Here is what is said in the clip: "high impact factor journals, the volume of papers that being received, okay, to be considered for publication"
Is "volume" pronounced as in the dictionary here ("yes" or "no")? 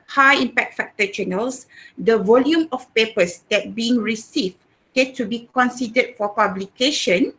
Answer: yes